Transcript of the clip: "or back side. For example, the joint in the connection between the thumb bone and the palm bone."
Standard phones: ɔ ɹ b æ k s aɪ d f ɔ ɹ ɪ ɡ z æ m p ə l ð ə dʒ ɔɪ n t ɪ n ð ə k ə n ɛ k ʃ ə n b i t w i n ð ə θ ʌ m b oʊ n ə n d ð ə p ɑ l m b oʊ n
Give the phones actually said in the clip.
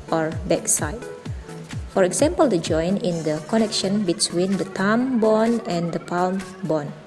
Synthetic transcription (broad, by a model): ɔ ɹ b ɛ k s aɪ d f ɔ ɹ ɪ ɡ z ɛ m p ə l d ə dʒ ɔɪ n ɪ n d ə k ə n ɛ k ʃ ə n b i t w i n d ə t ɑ m b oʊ n ə n d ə p ɑ l m b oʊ n